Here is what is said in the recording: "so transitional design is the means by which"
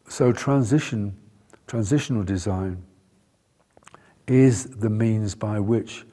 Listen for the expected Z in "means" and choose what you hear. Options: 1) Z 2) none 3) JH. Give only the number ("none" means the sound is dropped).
1